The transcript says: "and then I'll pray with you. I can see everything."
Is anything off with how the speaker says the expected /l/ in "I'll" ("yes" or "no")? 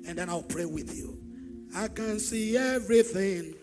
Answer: no